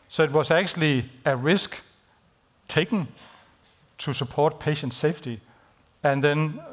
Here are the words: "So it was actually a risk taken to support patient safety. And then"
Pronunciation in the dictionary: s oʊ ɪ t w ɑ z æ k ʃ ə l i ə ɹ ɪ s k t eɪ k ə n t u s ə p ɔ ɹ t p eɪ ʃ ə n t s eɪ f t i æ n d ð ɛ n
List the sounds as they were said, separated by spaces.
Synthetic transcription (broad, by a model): s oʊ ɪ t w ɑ s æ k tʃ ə l i ə ɹ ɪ s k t eɪ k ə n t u s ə p ɔ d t p eɪ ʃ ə n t s eɪ f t i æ n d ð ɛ n